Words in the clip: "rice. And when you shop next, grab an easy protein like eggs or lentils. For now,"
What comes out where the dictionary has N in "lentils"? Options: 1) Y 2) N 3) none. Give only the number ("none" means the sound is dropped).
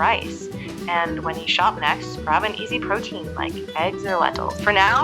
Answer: 3